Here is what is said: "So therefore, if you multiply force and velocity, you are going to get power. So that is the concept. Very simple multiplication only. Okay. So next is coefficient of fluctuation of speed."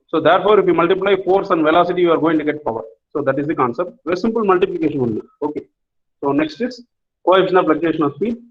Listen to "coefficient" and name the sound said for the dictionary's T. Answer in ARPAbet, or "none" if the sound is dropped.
none